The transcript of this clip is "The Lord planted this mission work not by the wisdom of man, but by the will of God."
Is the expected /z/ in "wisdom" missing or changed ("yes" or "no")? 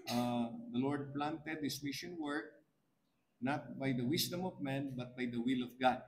yes